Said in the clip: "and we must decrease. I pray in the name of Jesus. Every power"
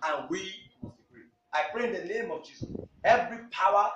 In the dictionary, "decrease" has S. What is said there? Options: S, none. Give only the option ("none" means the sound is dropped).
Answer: none